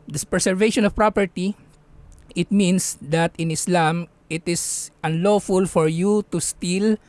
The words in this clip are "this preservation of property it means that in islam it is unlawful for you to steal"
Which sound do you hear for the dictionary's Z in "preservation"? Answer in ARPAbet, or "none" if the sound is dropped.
S